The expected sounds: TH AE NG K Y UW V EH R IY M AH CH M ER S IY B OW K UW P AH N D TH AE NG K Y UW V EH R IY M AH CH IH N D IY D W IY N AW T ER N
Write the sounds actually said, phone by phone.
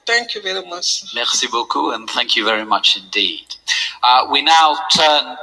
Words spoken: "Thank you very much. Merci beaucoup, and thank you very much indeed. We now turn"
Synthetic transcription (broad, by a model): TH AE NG K Y UW V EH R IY M AH CH M ER S IY B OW K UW AH N TH AE NG K Y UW V EH R IY M AH CH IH N D IY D W IY N AW T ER N